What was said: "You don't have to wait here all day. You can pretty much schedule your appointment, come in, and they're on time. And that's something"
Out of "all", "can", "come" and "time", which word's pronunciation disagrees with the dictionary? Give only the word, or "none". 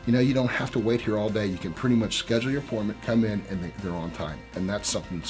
none